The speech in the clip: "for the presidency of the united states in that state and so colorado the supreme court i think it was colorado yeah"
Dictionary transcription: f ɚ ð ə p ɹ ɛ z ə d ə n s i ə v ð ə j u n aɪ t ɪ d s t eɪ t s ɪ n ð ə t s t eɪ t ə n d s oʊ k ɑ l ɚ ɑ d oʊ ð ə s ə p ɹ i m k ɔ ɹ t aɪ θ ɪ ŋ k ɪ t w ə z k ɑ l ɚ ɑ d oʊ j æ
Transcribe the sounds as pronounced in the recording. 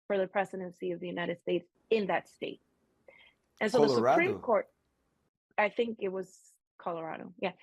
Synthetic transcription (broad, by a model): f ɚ ð ə p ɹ ɛ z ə d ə n s i ə v ð ə j u n aɪ t ɪ d s t eɪ t s ɪ n ð ə t s t eɪ t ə n s oʊ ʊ ð ə s ə p ɹ i m k ɔ ɹ t aɪ θ ɪ ŋ k ɪ t w ə z k ɑ l ɚ ɑ d oʊ j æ